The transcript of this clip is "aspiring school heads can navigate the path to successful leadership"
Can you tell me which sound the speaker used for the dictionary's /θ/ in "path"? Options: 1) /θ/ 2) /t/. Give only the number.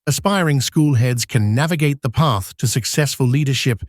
1